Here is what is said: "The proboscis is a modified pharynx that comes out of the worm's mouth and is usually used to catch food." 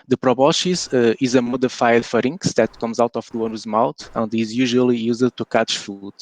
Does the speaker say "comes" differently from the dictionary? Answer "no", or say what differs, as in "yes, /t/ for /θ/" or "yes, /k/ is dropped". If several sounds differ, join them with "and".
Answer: no